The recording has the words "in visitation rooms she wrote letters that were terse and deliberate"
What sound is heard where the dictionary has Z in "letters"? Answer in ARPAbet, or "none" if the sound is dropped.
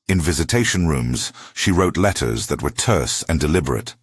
Z